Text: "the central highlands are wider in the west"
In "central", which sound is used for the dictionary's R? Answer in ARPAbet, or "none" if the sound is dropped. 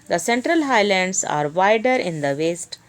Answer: R